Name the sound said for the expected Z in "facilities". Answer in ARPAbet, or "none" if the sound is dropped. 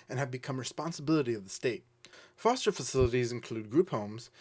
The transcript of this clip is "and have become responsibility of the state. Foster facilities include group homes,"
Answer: Z